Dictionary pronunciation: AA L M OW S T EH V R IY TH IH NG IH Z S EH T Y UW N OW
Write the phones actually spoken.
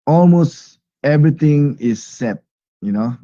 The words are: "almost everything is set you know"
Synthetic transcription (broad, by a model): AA L M OW S T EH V R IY T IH NG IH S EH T Y UW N OW